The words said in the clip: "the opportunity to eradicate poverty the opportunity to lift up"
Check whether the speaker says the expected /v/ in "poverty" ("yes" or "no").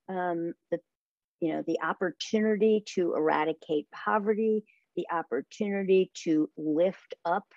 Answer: yes